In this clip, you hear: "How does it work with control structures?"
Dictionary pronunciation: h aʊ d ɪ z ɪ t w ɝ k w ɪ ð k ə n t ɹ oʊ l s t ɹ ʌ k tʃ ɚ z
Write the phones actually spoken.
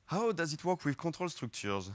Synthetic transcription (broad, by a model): h aʊ d ɪ z ɪ t w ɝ k w ɪ ð k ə t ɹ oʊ l s t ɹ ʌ k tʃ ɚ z